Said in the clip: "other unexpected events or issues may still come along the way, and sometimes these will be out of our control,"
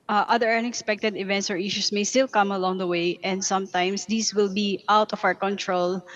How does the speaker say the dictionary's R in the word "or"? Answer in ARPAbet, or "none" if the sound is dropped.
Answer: R